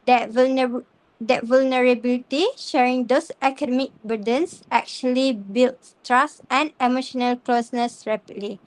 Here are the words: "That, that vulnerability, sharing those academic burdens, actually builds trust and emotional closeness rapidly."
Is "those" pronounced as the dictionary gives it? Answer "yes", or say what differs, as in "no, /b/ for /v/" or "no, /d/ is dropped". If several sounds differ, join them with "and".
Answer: no, /s/ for /z/